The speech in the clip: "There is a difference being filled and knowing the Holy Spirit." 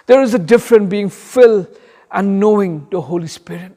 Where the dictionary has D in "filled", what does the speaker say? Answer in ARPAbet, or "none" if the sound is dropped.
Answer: none